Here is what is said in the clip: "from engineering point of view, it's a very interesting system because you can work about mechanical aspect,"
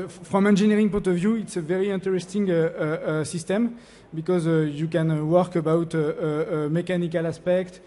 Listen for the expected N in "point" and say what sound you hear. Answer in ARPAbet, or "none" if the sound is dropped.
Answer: none